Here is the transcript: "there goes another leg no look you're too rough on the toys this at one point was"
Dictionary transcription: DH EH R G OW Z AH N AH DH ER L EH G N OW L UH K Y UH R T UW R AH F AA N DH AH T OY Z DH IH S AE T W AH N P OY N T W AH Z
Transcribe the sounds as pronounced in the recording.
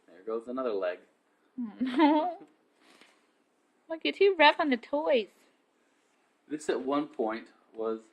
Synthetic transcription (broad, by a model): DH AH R G OW Z AH N AH DH ER L EH G L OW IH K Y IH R T UW R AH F N DH AH T OY Z DH IH S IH T W AH N P OY N T W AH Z